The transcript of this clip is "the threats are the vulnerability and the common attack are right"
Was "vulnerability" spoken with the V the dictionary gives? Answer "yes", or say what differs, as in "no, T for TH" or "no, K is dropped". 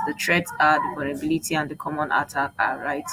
no, P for V